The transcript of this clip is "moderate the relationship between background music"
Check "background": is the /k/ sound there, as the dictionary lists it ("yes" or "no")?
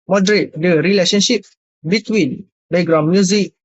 no